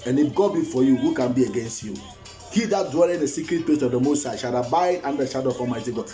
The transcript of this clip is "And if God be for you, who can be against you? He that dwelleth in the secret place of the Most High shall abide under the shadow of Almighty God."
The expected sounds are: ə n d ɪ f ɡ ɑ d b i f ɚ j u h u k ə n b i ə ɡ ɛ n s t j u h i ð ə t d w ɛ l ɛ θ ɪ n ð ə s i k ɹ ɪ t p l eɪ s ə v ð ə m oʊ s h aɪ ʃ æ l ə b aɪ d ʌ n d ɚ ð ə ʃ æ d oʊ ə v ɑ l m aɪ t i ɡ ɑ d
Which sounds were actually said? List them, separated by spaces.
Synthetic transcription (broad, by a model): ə n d ɪ f ɡ ɑ d b i f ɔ j u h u k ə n b i ə ɡ ɛ n s t j u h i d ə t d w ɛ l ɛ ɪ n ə s i k ɹ ɪ t p l eɪ s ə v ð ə m oʊ s aɪ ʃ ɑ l ə b aɪ d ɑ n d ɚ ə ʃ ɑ d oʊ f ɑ m aɪ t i ɡ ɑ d